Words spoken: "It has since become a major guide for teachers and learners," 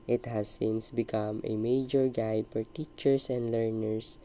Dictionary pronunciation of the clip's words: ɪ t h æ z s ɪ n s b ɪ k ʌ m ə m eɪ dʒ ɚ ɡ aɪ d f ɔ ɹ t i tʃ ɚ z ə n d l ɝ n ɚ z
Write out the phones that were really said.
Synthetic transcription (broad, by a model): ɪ t h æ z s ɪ n s b ɪ k ʌ m ə m eɪ dʒ ɚ ɡ aɪ d f ɔ ɹ t i tʃ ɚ s ə n d l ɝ n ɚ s